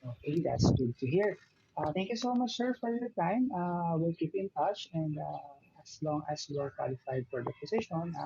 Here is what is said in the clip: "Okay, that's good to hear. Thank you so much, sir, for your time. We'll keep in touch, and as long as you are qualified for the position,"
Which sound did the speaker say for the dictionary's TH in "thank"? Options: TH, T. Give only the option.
T